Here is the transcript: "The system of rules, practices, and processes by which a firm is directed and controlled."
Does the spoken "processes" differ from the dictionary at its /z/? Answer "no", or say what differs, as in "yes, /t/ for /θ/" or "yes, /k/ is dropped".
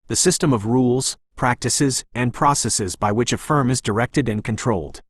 no